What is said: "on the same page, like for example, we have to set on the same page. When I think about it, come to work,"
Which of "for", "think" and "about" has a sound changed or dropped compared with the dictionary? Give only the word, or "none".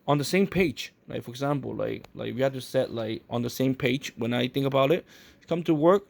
none